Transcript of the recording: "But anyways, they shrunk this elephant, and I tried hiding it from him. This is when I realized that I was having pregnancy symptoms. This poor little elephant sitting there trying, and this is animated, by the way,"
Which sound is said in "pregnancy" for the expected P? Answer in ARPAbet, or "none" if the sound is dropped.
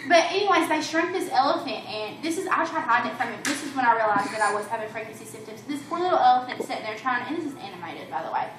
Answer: F